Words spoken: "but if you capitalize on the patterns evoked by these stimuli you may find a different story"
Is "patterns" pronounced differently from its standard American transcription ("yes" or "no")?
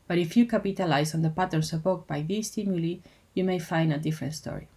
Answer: yes